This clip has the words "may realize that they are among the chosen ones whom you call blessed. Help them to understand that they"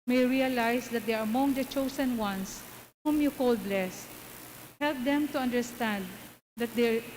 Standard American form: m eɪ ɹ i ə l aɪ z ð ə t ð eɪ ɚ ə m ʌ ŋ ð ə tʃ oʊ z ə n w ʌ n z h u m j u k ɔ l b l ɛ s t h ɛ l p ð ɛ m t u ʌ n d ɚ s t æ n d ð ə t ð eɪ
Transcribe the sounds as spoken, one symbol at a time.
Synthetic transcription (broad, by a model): m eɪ ɹ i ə l aɪ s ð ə t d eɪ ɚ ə m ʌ ŋ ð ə tʃ oʊ s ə n w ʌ n s h u m j u k ɔ l b l ɛ s t h ɛ l p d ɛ m t u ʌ n d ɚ s t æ n d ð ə t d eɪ